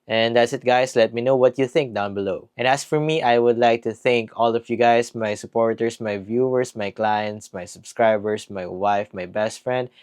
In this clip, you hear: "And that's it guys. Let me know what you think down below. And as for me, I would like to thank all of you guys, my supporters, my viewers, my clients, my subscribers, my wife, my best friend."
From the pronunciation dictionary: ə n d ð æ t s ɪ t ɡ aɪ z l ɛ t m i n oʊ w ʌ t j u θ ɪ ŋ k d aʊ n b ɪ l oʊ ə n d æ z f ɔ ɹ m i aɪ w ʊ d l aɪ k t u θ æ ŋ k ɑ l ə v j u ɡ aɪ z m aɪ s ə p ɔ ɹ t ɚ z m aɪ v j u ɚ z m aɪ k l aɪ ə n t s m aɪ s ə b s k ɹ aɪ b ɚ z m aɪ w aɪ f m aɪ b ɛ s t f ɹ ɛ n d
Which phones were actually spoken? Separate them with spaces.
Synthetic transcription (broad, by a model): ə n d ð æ t s ɪ t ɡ aɪ s l ɛ t m i n oʊ w ʌ t j u θ ɪ ŋ k d aʊ n b ɪ l oʊ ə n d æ s f ɔ ɹ m i aɪ w ʊ d l aɪ k t u θ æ ŋ k ɑ l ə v j u ɡ aɪ s m aɪ s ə p ɔ ɹ t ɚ s m aɪ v j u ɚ s m aɪ k l aɪ ə n t s m aɪ s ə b s k ɹ aɪ b ɚ s m aɪ w aɪ f m aɪ b ɛ s t f ɹ ɛ n d